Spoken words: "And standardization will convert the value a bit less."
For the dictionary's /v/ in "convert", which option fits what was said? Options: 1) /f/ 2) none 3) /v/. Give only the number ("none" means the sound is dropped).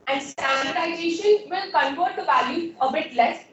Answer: 1